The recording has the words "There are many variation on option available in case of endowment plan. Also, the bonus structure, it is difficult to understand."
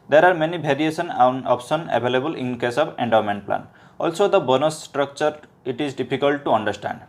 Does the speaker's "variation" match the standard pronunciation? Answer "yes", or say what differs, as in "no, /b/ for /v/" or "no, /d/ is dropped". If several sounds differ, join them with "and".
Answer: no, /b/ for /v/